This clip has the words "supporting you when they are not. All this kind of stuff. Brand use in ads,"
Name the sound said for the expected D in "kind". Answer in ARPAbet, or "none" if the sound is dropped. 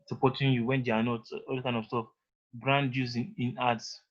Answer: none